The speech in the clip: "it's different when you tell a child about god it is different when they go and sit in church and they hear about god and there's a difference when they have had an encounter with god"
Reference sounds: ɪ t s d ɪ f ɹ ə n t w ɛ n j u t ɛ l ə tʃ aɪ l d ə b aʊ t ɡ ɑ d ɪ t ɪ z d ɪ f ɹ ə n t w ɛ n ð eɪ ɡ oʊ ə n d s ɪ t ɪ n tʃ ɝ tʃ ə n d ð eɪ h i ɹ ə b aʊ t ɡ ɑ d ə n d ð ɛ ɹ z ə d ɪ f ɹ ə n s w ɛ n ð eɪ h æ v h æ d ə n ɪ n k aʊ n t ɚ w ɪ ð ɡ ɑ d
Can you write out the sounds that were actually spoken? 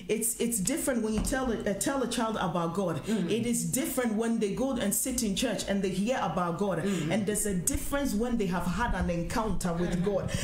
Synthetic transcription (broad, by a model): ɪ t s d ɪ f ɹ ə n t w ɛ n j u t ɛ l ə tʃ aɪ l d ə b aʊ t ɡ ɑ d ɪ t ɪ z d ɪ f ɹ ə n t w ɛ n ð eɪ ɡ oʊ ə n s ɪ t ɪ n tʃ ɝ tʃ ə n ð eɪ h i ɹ ə b aʊ t ɡ ɑ d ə n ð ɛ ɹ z ə d ɪ f ɹ ə n s w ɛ n ð eɪ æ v h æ d ə n ɪ n k aʊ n t ɚ w ɪ ð ɡ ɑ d